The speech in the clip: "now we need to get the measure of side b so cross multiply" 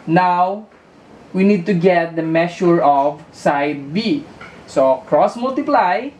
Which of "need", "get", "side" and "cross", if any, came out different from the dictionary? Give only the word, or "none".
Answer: none